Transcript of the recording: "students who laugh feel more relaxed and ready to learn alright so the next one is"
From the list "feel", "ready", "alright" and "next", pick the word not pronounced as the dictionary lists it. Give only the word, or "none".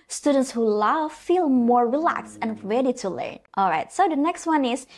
none